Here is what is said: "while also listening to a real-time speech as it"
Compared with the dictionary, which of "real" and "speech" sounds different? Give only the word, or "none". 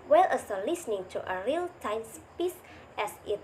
speech